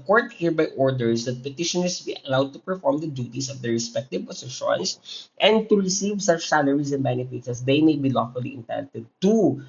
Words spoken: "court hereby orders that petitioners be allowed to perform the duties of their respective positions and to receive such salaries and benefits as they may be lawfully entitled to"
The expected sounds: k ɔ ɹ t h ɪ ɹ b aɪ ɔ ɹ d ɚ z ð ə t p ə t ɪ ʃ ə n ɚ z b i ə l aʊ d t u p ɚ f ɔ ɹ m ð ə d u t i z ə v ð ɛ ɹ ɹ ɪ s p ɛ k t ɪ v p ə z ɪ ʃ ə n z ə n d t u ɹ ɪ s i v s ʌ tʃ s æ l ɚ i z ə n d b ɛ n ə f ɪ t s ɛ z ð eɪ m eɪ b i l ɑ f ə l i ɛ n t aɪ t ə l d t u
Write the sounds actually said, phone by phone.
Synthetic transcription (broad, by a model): k ɔ ɹ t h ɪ ɹ b aɪ ɔ ɹ d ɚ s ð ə t p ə t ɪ ʃ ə n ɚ s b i ə l aʊ d t u p ɚ f ɔ ɹ m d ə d u t i s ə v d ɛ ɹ ɹ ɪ s p ɛ k t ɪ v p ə s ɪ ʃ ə n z ə n d t u ɹ ɪ s i v s ʌ tʃ s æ l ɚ i s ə n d b ɛ n ə f ɪ t s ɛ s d eɪ m eɪ b i l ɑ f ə l i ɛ n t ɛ t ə d t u